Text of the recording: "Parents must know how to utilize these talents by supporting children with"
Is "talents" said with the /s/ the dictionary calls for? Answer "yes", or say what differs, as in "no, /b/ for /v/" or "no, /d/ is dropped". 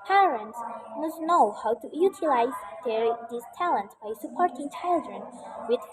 no, /s/ is dropped